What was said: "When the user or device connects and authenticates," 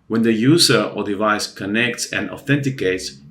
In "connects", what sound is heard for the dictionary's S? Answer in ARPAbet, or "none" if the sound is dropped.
S